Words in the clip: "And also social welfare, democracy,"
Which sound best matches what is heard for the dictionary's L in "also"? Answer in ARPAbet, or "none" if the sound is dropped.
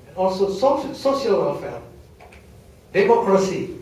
none